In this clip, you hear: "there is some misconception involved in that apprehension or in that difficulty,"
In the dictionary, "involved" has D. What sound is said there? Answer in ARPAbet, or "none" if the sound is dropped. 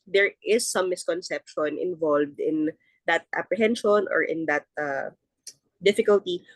D